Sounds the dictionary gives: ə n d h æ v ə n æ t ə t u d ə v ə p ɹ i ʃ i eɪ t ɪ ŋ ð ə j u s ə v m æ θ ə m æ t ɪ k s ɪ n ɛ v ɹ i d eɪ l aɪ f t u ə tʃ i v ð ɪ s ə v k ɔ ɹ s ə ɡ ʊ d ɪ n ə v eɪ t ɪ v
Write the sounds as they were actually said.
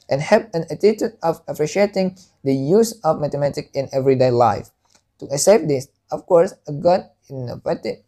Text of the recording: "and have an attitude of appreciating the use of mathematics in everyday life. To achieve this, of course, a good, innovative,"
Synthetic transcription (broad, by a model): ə n h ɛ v ə n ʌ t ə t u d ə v ə p ɹ i ʃ i eɪ t ɪ ŋ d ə j u s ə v m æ t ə m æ t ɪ k ɪ n ɛ v ɹ i d eɪ l aɪ f t u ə s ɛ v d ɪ s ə f k ɔ ɹ s ə ɡ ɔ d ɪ n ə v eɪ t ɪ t